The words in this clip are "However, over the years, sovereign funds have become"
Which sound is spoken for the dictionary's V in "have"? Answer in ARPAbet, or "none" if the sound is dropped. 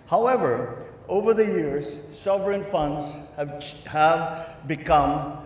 V